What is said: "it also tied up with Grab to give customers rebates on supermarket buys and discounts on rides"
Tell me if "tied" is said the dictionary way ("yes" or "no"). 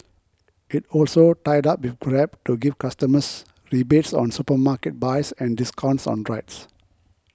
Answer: yes